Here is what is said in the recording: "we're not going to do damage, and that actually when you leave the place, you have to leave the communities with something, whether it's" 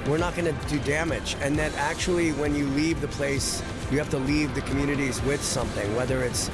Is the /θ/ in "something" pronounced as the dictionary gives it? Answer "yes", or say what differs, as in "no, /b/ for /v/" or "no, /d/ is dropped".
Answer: yes